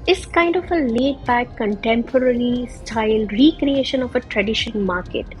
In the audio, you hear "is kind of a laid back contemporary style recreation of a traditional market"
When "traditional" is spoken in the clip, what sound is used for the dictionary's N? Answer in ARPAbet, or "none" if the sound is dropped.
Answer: none